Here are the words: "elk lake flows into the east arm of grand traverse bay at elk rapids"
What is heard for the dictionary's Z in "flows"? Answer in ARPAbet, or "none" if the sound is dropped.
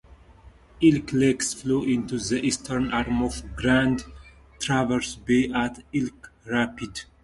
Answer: none